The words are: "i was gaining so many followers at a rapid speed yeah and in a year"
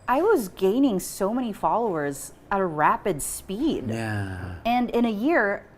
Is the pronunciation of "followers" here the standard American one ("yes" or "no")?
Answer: yes